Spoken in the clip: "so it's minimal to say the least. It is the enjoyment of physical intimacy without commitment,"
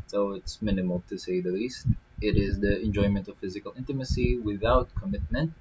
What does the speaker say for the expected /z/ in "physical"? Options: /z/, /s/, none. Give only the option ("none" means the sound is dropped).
/z/